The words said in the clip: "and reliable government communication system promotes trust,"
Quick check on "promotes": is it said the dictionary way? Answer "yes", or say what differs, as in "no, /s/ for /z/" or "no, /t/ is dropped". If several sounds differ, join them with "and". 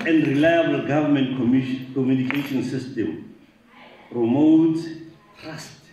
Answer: no, /s/ is dropped